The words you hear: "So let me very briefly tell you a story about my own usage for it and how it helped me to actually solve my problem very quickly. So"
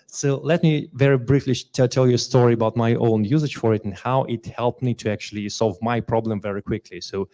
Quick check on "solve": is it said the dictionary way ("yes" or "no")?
yes